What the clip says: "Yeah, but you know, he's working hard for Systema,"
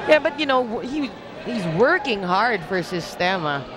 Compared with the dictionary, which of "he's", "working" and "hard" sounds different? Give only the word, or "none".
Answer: none